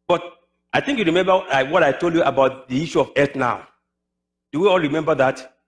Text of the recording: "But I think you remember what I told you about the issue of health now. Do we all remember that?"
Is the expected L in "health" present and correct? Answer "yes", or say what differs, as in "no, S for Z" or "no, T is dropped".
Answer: no, L is dropped